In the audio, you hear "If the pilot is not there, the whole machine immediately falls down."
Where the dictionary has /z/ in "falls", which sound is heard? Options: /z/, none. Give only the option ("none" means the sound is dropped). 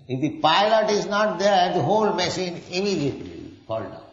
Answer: none